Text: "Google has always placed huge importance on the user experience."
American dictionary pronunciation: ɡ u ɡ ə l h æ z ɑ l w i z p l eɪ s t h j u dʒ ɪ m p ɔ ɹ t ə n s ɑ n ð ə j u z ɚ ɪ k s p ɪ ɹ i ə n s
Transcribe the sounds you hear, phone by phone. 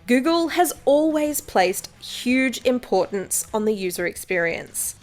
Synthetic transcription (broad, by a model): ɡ u ɡ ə l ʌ z ɑ l w i z p l eɪ s t h j u dʒ ɪ m p ɔ ɹ t n s n ð ə j u z ɚ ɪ k s p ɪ ɹ i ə n s